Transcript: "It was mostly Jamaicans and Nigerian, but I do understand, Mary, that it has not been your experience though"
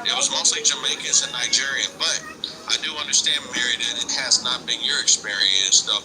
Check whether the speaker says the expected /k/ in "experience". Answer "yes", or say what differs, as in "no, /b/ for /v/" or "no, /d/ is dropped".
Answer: yes